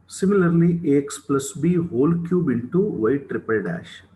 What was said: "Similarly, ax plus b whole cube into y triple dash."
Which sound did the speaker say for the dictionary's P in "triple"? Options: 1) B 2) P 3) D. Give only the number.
2